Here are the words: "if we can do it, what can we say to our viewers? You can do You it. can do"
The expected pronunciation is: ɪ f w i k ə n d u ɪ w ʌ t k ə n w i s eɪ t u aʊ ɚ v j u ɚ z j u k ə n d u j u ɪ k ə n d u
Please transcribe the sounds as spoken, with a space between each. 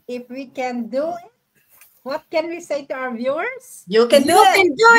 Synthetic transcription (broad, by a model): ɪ f w i k ə n d u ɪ w ʌ t k ə n w i s eɪ t u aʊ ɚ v j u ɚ s j u k ə n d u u ɪ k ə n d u